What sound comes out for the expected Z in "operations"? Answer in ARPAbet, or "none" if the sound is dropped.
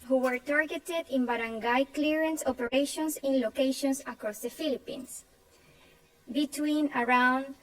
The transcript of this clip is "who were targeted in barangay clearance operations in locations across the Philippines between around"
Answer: S